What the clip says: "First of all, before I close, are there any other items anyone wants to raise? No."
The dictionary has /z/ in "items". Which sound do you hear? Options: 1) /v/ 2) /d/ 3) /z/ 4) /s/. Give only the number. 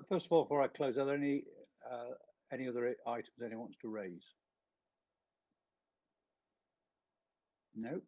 3